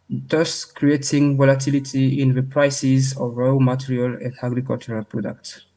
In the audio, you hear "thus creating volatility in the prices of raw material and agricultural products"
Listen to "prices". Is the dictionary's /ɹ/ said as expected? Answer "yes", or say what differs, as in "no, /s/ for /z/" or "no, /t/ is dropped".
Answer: yes